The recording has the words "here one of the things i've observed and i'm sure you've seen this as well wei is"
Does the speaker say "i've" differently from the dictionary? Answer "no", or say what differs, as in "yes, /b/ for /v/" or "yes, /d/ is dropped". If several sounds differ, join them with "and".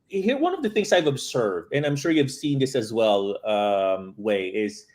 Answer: no